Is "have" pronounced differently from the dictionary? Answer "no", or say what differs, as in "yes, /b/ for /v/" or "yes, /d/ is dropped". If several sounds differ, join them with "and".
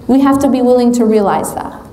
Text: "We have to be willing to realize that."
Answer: yes, /f/ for /v/